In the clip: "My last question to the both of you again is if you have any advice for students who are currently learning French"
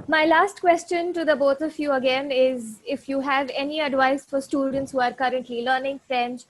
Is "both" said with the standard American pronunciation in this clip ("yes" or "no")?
no